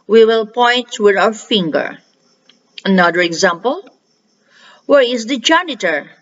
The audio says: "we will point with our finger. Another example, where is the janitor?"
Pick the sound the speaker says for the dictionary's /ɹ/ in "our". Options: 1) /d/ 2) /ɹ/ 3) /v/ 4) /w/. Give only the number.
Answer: 4